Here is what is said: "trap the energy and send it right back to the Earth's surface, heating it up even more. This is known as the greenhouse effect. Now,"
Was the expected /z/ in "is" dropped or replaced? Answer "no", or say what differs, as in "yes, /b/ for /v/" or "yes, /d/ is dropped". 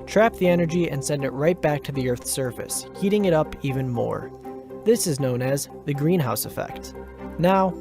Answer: no